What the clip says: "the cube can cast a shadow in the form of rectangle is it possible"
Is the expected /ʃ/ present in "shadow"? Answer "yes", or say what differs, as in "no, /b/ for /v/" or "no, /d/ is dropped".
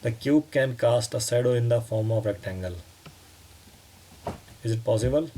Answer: no, /s/ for /ʃ/